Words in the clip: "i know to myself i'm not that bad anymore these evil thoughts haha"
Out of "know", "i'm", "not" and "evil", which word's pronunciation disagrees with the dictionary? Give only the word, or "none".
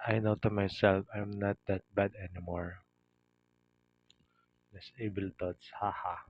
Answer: evil